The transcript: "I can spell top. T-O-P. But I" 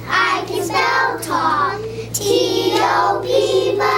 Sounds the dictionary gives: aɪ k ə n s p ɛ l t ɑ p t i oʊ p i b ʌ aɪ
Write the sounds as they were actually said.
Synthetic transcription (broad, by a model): aɪ k ə n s ɛ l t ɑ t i oʊ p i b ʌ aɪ